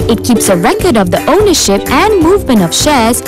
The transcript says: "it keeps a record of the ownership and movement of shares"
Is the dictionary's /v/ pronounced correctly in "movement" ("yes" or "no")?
yes